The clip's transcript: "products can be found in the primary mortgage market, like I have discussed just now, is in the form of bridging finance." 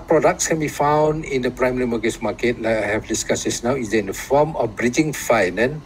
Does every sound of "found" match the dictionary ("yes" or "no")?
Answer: yes